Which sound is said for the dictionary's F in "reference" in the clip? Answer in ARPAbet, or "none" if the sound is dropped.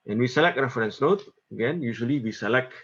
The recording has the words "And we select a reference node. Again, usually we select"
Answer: none